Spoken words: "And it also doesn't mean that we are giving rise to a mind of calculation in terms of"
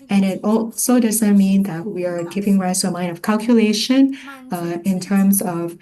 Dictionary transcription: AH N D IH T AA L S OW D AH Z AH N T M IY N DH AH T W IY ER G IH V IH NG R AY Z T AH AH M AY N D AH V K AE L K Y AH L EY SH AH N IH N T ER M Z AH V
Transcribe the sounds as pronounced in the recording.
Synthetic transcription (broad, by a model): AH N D IH T AA L S OW D AH Z AH N T M IY N DH AH T W IY ER G IH V IH NG R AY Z T AH AH M AY N D AH V K AE L K Y AH L EY SH AH N IH N T ER M Z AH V